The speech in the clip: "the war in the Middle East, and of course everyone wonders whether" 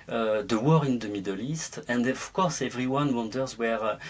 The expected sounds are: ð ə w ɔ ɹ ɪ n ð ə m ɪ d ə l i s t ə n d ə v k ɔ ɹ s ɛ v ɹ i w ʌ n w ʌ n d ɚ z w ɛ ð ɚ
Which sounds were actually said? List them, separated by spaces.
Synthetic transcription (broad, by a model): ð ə w ɔ ɹ ɪ n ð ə m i d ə l i s t ə n d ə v k ɔ ɹ s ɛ v ɹ i w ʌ n w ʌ n d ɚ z w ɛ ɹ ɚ